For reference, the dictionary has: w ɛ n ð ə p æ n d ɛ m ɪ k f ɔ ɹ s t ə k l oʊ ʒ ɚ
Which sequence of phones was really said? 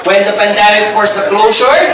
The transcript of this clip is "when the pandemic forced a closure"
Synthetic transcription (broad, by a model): w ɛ n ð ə p æ n d ɛ m ɪ k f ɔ ɹ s ə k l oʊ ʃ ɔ